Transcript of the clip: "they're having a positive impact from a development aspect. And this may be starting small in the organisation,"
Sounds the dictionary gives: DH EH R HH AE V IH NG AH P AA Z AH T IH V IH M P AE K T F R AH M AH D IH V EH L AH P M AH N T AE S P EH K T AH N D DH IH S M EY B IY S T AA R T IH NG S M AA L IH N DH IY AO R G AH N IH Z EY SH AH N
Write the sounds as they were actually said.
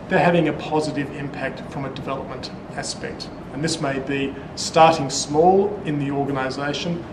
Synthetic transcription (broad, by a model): DH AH R HH AE V IH NG AH P AA Z AH T IH V IH M P AE K T F R AH M AH D IH V EH L AH P M AH N T AE S P EH K T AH N DH IH S M EY B IY S T AA R T IH NG S M AA L IH N DH IY AO R G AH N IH Z EY SH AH N